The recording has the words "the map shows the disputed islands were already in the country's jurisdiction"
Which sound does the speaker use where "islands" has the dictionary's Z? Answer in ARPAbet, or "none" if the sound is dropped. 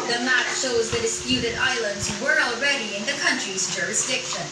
Z